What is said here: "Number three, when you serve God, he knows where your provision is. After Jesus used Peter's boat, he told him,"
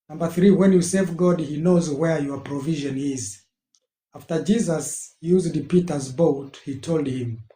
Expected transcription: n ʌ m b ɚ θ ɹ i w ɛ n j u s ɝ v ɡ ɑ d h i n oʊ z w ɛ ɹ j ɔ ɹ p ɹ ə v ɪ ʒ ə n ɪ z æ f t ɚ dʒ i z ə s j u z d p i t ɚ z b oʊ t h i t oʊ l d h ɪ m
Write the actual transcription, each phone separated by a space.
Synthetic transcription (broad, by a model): n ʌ m b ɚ θ ɹ i w ɛ n j u s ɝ v ɡ ɑ d h i n oʊ z w ɛ ɹ j ɔ ɹ p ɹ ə v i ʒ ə n ɪ z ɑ f t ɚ dʒ i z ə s j u z d p i t ɚ z b oʊ t h i t oʊ l d h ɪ m